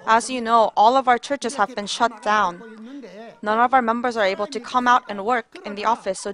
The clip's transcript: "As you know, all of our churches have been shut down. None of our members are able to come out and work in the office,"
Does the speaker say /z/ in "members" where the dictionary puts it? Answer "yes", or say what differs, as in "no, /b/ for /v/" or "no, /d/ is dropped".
yes